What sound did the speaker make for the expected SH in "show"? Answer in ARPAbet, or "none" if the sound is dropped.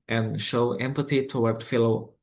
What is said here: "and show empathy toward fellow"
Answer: SH